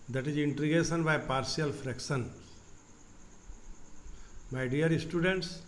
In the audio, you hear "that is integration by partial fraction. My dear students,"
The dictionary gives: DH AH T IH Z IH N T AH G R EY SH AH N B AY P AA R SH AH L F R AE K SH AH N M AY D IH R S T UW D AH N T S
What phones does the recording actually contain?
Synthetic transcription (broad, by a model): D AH T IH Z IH N T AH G EY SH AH N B AY P AA R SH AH L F R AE K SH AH N M AY D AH R S T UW D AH N T S